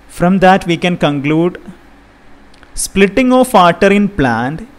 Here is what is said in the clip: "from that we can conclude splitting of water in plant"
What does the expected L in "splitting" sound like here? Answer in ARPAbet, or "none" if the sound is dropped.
L